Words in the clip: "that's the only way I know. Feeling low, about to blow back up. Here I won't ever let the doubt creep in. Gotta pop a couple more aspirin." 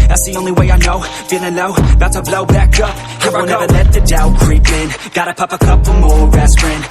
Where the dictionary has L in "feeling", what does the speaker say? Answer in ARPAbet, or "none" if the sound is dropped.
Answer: N